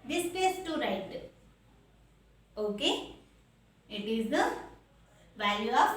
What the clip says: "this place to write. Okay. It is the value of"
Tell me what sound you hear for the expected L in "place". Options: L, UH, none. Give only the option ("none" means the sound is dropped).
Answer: none